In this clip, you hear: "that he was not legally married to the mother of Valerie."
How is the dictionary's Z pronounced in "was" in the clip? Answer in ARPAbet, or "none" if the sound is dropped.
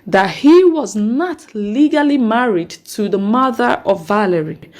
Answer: Z